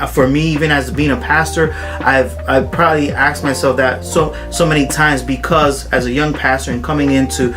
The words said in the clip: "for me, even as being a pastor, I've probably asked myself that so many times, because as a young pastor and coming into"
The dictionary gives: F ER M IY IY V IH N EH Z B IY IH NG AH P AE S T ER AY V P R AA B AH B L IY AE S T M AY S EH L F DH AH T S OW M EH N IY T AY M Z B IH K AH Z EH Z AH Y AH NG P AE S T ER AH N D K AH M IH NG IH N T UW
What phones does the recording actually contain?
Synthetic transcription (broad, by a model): F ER M IY IY V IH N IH Z B IY IH NG AH P AE S T ER AY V P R AA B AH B L IY AE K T M AY S EH L F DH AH T S OW M EH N IY T AY M Z B IH K AH Z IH Z AH Y AH NG P AE S T ER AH N K AH M IH NG IH N T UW